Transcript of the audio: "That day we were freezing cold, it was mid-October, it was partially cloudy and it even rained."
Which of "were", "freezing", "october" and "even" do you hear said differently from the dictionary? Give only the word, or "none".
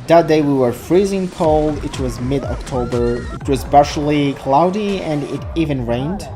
none